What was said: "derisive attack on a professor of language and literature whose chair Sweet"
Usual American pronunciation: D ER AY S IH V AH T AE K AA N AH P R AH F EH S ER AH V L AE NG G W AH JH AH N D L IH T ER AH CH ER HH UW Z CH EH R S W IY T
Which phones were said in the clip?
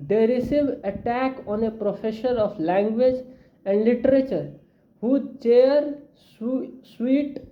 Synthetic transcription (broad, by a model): D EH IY S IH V AH T AE K AA N AH P R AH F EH SH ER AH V L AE NG G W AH JH AH N D L IH T ER AH CH ER HH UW CH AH R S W IY T